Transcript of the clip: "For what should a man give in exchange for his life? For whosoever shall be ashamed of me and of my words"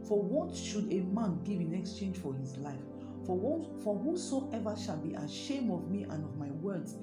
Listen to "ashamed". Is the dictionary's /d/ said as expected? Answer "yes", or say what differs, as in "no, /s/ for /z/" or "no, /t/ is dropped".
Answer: no, /d/ is dropped